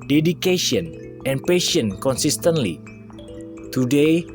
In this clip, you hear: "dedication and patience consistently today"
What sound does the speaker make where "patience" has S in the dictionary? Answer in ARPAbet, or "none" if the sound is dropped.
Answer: none